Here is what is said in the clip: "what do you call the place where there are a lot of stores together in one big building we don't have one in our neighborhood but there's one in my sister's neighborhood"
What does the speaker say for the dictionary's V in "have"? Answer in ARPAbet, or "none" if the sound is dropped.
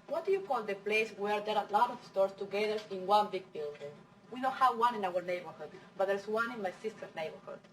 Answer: W